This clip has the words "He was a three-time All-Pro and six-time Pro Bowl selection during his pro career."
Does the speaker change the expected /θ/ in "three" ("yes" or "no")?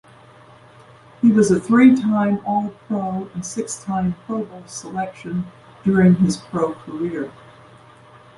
no